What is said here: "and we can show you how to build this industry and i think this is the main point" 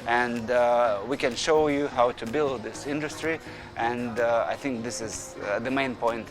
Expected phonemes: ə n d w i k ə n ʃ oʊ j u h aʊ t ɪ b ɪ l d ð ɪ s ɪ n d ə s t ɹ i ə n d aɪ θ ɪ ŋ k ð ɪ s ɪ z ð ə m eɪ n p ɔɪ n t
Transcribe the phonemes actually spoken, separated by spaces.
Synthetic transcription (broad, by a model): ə n d w i k ə n ʃ oʊ j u h aʊ t ɪ b ɪ l d ð ɪ s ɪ n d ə s t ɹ i ə n d aɪ θ ɪ ŋ k ð ɪ s ɪ z ð ə m eɪ n p ɔɪ n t